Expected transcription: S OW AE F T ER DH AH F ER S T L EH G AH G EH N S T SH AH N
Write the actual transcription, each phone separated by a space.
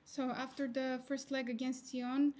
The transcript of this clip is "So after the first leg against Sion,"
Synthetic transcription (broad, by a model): S OW AE F T ER DH AH F ER S T L EH G AH G EH N S T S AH N